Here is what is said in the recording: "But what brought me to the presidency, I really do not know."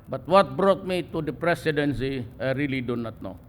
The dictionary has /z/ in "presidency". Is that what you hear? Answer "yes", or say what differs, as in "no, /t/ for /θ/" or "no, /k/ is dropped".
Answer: no, /s/ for /z/